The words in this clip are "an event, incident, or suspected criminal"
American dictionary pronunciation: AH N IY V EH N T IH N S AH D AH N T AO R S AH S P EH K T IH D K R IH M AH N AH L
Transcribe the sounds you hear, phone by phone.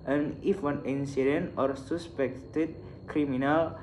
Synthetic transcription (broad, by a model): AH N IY W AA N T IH N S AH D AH N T AO R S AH S P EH K T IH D K R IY M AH N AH L